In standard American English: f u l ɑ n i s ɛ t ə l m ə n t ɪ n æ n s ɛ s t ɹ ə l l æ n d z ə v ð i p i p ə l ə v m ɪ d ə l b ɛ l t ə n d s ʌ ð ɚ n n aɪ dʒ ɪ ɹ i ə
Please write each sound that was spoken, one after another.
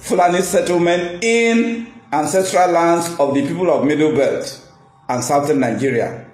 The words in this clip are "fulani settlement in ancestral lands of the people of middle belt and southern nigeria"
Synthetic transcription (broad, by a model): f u l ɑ n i s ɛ t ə l m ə n t ɪ n æ n s ɛ s t ɹ ə l l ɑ n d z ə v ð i p i p ə l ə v m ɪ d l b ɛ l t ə n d s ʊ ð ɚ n n aɪ dʒ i ɹ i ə